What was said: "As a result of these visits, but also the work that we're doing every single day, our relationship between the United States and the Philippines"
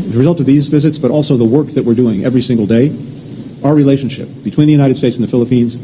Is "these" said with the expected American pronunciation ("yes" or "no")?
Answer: yes